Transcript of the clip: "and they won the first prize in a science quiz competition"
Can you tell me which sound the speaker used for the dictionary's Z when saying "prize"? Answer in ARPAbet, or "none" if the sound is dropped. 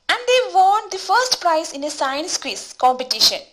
S